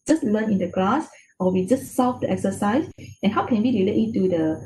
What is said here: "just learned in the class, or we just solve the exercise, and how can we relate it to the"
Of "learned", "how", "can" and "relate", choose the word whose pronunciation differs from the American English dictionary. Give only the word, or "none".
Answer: learned